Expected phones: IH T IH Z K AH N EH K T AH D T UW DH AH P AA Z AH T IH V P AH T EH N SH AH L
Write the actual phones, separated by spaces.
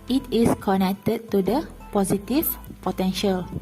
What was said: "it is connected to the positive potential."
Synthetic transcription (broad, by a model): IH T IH S K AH N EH K T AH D T UW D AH P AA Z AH T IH F P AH T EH N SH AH L